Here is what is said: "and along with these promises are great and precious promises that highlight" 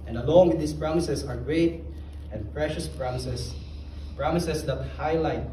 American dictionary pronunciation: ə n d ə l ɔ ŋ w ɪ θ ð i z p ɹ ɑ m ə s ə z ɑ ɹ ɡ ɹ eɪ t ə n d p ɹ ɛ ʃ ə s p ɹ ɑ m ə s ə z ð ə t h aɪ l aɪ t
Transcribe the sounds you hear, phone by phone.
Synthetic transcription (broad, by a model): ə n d ə l ɔ ŋ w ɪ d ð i s p ɹ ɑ m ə s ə s ɑ ɹ ɡ ɹ eɪ t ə n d p ɹ ɛ ʃ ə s p ɹ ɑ m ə s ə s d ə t h aɪ l aɪ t